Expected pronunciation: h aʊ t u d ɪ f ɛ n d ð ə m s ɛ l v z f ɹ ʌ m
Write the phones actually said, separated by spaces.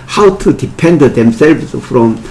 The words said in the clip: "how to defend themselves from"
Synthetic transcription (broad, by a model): h aʊ t u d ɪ p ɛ n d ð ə m s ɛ l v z f ɹ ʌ m